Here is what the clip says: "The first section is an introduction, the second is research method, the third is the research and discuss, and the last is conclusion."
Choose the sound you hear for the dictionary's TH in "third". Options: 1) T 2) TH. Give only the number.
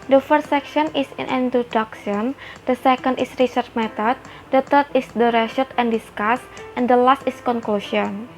1